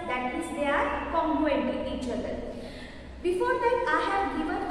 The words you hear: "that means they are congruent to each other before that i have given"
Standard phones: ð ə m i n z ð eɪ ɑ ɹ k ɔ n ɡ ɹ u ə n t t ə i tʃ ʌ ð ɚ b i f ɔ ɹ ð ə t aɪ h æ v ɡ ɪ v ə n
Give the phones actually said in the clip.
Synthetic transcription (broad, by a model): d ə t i z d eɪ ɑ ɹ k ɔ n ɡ u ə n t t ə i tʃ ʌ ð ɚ b i f ɔ ɹ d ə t aɪ h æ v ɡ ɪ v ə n